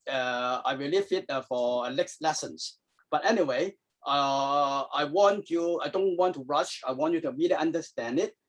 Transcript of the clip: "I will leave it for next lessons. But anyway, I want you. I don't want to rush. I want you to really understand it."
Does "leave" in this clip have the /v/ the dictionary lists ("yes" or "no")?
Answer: no